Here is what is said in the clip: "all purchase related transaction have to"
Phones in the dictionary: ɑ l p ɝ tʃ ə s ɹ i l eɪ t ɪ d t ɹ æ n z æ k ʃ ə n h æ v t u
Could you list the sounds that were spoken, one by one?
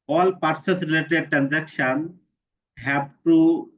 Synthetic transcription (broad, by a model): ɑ l p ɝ s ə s ɹ i l eɪ t ɪ d t ɹ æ n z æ k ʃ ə n h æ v t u